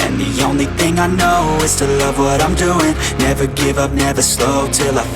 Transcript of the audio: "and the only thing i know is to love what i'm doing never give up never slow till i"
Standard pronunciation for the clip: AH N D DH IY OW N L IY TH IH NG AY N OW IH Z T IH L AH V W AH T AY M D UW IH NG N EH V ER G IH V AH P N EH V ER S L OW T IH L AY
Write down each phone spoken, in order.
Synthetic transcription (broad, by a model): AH N DH IY OW N L IY TH IH NG AY N OW IH Z T IH L AH V W AH T AY M D UW IH NG N EH V ER G IH V AH P N EH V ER S L OW T IH L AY